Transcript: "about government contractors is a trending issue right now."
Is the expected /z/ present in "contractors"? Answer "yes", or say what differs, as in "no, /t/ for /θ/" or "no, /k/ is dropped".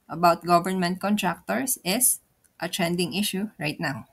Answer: no, /s/ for /z/